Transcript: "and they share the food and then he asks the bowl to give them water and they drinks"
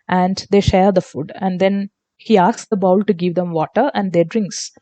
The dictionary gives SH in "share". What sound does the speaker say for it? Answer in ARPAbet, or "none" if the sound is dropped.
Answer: SH